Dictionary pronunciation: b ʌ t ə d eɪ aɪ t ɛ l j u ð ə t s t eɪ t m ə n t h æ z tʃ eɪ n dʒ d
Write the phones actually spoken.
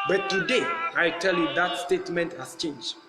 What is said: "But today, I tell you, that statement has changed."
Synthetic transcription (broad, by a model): b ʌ t ə d eɪ aɪ t ɛ l j u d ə t s t eɪ t m ə n t h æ s tʃ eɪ n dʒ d